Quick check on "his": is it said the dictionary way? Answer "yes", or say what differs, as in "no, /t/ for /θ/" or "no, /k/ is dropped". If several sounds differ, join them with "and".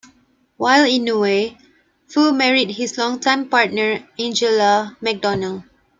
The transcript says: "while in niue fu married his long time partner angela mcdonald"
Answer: no, /s/ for /z/